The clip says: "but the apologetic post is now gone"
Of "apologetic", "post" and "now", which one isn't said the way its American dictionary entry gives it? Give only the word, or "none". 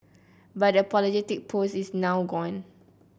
post